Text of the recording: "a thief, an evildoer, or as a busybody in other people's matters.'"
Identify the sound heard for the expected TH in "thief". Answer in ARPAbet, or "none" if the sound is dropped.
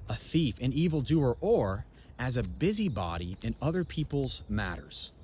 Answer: TH